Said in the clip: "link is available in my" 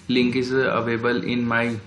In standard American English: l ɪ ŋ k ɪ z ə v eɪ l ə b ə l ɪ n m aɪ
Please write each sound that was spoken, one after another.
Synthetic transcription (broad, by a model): l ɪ ŋ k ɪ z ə ʌ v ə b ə l ɪ n m aɪ